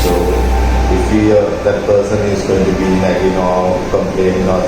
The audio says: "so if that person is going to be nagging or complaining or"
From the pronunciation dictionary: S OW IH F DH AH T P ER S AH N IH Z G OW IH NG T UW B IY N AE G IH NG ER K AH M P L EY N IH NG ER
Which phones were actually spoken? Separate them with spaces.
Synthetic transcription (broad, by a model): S OW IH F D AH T P ER S AH N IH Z G OW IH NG T UW B IY L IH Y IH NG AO K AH M P L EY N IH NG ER